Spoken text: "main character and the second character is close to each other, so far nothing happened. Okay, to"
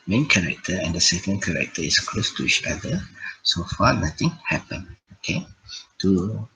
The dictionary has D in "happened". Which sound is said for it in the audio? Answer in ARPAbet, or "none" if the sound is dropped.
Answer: none